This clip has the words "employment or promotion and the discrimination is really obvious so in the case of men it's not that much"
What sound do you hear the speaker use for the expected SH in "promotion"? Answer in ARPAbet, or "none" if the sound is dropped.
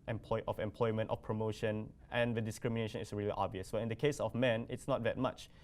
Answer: SH